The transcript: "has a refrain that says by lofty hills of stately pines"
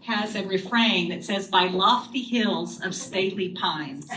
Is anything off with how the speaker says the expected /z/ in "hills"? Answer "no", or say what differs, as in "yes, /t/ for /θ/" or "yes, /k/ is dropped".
no